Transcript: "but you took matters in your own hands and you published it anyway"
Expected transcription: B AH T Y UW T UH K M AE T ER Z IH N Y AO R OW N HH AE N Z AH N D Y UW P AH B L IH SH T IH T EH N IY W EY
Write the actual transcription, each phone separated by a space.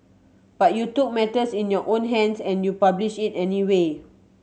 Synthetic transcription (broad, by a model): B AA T Y UW T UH K M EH T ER S IH N Y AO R OW N HH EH N S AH N Y UW P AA B L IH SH IH T EH N IY W EY